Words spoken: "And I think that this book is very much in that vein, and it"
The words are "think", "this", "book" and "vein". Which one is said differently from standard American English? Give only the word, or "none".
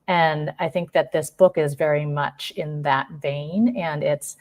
none